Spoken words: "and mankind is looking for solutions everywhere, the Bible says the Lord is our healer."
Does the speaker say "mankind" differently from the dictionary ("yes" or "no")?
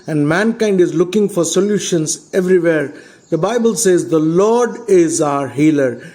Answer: no